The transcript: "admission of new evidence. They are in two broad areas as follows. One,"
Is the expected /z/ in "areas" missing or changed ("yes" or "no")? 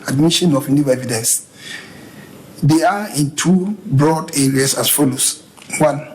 yes